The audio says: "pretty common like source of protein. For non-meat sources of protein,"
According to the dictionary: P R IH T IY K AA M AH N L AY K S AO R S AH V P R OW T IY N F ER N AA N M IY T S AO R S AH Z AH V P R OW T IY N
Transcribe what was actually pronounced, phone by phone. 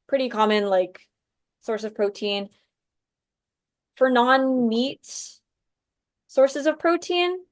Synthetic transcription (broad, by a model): P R IH T IY K AA M AH N L AY K S AO R S AH V P R OW T IY N F ER N AA N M IY T S AO R S AH Z AH V P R OW T IY N